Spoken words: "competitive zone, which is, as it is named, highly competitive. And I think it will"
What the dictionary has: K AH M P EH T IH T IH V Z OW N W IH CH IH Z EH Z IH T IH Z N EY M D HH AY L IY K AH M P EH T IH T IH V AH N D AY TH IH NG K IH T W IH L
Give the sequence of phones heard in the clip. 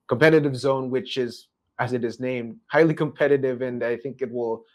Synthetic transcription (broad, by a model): K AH M P EH T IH T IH V Z OW N W IH CH IH Z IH Z IH T IH Z N EY M D HH AY L IY K AH M P EH T IH T IH V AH N AY TH IH NG K IH T W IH L